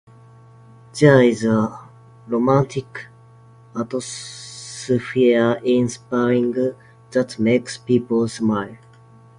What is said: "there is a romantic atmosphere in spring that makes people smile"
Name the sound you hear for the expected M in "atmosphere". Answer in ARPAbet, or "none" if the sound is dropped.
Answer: none